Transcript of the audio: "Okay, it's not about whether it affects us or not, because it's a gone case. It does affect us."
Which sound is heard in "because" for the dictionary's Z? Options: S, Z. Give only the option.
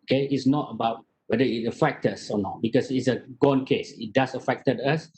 S